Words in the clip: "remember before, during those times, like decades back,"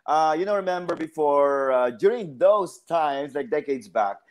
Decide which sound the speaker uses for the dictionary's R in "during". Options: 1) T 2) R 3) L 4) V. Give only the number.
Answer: 2